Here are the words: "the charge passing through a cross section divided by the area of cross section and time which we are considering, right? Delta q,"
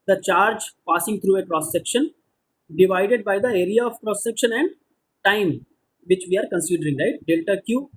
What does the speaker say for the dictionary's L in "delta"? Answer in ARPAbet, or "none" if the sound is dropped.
L